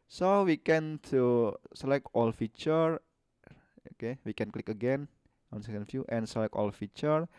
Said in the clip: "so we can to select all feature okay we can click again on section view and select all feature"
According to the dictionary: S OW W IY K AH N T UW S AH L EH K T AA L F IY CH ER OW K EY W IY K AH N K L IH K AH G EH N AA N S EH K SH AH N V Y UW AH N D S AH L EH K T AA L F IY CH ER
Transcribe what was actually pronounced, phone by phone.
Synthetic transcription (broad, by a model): S OW W IY K AH N T UW S AH L EH K T AA L F IY CH ER OW K EY W IY K AH N K L IH K AH G EH N AA N S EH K AH N F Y UW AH N S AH L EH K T AA L F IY CH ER